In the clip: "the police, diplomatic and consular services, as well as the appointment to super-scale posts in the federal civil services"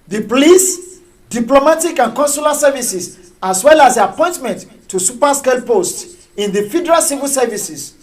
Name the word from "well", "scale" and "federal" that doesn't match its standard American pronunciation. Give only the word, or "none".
none